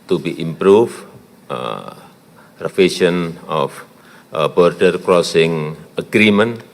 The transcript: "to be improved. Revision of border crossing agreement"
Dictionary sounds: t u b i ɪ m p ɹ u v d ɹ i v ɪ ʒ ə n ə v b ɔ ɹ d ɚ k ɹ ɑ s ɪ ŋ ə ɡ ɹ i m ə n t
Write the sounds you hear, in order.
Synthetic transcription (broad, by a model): t u b i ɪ m p ɹ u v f ɹ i f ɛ ʃ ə n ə f b ɔ ɹ d ɚ k ɹ ɑ s ɪ ŋ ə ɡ ɹ i m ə n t